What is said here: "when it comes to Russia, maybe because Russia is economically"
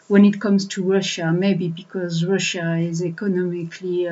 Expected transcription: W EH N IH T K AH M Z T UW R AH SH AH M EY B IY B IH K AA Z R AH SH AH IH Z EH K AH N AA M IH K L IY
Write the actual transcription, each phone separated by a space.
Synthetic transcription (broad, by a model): W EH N IH T K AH M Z T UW R AH SH AH M EY B IY B IH K AA Z R AH SH AH IH Z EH K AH N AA M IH K L IY